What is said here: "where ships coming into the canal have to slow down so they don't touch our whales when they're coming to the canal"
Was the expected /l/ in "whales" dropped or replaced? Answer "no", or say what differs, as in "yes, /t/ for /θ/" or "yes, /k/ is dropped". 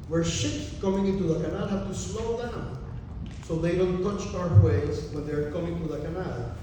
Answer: yes, /l/ is dropped